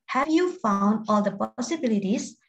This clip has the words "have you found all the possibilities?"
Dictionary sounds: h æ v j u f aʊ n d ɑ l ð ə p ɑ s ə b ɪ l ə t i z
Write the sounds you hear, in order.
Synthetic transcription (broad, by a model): h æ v j u f aʊ n d ɑ l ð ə p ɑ s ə b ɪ l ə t i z